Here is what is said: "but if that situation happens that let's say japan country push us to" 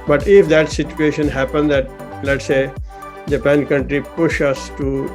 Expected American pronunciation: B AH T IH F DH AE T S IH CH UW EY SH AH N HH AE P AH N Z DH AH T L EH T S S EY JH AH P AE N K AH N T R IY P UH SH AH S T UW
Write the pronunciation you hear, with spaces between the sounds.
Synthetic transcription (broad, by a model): B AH T IH F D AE T S IH CH UW EY SH AH N HH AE P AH N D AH T L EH T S S EY JH AH P AE N K AH N T R IY P UH SH AH S T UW